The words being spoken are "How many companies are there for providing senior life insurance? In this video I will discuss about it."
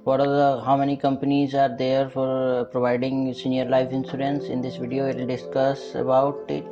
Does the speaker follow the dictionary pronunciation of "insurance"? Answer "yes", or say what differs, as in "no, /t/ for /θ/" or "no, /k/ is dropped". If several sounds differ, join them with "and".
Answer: no, /s/ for /ʃ/